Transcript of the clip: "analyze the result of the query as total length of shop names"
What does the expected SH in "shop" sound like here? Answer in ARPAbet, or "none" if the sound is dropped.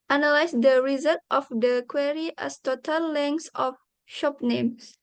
SH